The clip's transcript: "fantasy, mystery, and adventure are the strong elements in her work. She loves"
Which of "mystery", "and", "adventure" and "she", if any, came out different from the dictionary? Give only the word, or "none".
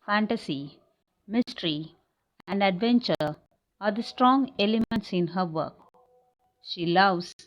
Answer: none